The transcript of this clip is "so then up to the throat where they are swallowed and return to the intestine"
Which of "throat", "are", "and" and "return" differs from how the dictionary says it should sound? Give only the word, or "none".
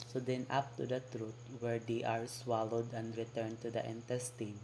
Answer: throat